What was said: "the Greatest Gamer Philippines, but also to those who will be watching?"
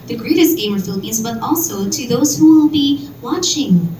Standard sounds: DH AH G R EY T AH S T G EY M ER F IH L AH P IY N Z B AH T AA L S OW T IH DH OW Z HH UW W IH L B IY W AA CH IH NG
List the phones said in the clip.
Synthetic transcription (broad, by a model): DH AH G R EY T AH S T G EY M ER F IH L AH P IY N Z B AH T AA L S OW T IH DH OW Z HH UW W IH L B IY W AA CH IH NG